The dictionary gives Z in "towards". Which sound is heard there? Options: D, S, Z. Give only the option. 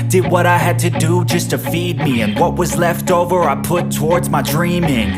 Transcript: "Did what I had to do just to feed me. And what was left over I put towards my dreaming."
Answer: Z